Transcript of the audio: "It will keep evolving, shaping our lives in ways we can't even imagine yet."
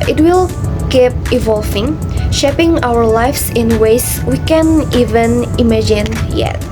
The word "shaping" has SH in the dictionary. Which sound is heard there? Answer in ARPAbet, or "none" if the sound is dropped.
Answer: SH